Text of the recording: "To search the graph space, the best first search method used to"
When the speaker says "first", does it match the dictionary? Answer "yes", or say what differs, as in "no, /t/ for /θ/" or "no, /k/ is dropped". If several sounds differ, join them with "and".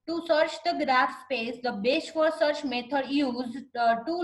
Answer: no, /s/ is dropped